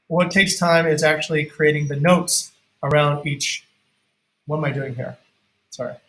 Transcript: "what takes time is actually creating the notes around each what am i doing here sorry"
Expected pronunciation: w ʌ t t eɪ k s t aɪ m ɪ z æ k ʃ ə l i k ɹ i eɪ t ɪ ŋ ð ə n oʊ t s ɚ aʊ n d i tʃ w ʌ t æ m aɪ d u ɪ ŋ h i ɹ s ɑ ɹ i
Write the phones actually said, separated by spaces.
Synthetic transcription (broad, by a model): w ʌ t t eɪ k s t aɪ m ɪ z æ k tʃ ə l i k ɹ i eɪ t ɪ ŋ ð ə n oʊ t s ɚ aʊ n d i tʃ w ʌ t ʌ m aɪ d u ɪ ŋ h i ɹ s ɑ ɹ i